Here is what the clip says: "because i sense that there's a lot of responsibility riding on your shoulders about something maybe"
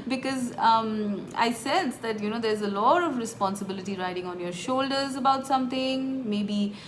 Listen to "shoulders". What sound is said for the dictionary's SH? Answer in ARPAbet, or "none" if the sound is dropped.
SH